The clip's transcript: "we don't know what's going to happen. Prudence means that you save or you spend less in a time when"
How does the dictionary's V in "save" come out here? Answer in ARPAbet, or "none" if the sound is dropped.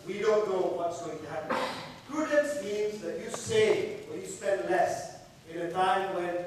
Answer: W